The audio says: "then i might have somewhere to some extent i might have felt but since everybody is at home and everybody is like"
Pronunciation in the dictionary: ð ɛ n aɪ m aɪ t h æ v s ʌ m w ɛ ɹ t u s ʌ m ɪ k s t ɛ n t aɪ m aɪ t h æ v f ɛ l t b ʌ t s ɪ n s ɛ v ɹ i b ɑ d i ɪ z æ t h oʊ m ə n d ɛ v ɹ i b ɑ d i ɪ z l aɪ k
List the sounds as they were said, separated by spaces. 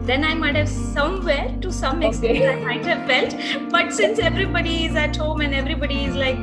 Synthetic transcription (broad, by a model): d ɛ n aɪ m aɪ t h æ v s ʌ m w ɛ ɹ t u s ʌ m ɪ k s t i t aɪ m aɪ t h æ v f ɛ l t b ʌ t s ɪ n s ɛ v ɹ i b ɑ d i ɪ z æ t h oʊ m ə n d ɛ v ɹ i b ɑ d i ɪ z l aɪ k